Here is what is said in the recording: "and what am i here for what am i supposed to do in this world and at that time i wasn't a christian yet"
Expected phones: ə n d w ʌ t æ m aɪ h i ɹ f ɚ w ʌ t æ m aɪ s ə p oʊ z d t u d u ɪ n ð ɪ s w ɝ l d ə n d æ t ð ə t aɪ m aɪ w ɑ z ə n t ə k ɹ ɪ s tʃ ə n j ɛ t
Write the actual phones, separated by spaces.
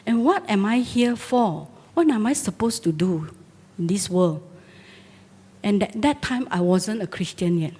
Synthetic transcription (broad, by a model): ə n w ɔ t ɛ m aɪ h i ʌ f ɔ w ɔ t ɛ m aɪ s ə p oʊ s t u d u ɪ n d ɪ s w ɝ l ə n d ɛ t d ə t aɪ m aɪ w ɑ z ə n t ə k ɹ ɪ s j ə n j ɛ t